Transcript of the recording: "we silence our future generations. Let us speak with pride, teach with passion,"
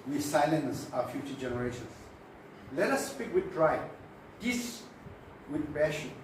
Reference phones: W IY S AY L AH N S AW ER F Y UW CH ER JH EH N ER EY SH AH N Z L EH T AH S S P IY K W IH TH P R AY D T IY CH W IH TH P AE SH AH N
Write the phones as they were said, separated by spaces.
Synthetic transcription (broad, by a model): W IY S AY L AH N S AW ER F Y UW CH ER JH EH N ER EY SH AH N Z L EH T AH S S P IY K W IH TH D R AY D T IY S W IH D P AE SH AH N